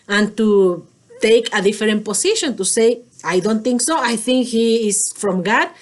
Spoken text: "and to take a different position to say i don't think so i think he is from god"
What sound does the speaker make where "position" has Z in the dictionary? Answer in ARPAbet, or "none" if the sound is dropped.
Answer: S